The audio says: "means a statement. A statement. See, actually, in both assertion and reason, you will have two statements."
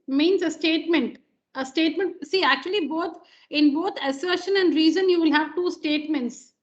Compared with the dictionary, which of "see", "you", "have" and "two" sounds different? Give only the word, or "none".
none